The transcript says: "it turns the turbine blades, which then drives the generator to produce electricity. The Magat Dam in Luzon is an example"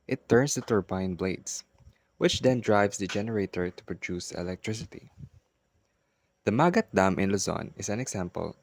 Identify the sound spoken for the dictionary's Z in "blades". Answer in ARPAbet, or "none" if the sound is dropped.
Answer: S